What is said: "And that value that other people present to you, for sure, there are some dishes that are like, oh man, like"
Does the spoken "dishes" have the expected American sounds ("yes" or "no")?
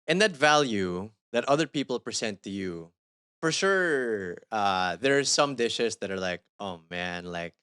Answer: no